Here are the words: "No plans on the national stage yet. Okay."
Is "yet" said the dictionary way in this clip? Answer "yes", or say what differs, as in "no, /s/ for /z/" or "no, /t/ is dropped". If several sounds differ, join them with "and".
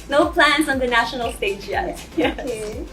no, /t/ is dropped